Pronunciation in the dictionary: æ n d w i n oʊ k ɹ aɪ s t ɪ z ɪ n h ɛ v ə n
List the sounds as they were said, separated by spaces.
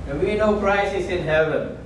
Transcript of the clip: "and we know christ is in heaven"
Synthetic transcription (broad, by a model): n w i n oʊ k ɹ aɪ s ɪ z ɪ n h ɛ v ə n